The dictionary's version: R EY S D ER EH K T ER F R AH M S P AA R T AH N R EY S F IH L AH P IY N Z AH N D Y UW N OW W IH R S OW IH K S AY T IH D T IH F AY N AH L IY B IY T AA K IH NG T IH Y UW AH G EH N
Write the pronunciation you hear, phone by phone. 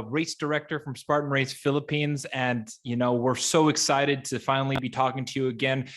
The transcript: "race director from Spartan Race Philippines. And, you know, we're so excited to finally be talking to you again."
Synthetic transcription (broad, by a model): R EY S D ER EH K T ER F R AH M S P AA R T N R EY S F IH L AH P IY N Z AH N Y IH N OW W IH R S OW IH K S AY T IH D T IH F AY N L IY B IY T AA K IH NG T IH Y UW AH G EH N